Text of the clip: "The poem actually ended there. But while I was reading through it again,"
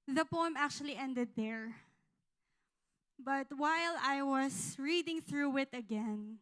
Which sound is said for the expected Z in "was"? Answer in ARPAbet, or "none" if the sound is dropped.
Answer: S